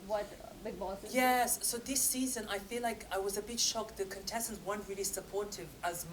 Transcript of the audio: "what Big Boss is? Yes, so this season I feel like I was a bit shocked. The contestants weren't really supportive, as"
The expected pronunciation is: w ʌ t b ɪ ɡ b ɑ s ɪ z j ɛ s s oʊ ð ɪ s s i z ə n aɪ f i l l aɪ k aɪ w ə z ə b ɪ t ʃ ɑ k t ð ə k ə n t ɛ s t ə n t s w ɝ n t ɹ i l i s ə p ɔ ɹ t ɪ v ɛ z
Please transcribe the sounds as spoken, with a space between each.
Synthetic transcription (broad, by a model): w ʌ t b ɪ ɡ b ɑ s j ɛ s s oʊ ð ɪ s s i z ə n aɪ f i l l aɪ k aɪ w ə z ə b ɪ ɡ ʃ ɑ k ð ə k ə n t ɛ s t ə n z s w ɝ n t ɹ i l i s ə p ɔ ɹ t ɪ v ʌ z